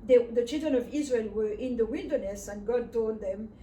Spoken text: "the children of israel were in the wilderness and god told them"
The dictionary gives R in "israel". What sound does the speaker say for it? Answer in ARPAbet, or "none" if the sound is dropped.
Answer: R